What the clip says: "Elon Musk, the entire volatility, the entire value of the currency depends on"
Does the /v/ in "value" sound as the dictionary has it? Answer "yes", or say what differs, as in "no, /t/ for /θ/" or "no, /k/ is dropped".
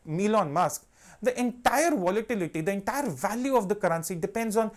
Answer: yes